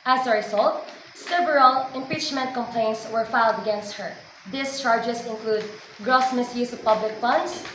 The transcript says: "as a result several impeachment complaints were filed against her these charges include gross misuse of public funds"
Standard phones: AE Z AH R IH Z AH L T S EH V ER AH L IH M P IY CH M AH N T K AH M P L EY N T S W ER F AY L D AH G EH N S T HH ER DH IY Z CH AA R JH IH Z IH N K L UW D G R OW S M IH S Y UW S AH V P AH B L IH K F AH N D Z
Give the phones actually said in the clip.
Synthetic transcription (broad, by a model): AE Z AH R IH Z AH L T S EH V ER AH L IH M P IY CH M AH N T K AH M P L EY N T S W ER F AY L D AH G EH N S T HH ER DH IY S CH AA R JH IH S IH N K L UW D G R OW S M IH S Y UW S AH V P AH B L IH K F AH N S